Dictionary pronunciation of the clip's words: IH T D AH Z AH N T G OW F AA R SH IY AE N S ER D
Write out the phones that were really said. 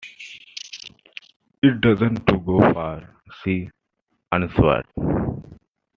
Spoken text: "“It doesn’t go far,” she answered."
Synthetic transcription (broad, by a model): IH T D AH Z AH N T G OW F AA R S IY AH N S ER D